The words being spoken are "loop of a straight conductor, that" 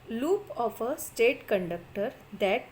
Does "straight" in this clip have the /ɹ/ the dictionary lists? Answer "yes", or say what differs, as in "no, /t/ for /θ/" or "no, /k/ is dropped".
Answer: no, /ɹ/ is dropped